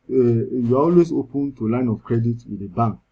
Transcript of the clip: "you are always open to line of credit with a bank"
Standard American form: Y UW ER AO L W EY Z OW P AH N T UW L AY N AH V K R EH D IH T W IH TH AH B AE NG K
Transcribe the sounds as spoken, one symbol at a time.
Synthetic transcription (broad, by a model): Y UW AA AO L W EY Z OW P AH N T UW L AY N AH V K R EH D IH T W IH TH AH B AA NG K